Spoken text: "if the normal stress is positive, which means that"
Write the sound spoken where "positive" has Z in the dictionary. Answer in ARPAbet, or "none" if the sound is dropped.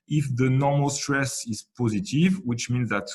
Z